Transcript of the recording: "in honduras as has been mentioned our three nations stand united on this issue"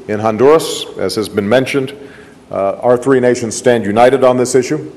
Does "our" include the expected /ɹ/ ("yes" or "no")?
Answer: yes